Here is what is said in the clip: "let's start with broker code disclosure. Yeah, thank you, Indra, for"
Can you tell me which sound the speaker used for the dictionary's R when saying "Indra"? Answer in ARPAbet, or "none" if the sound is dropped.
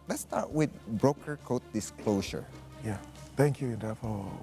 none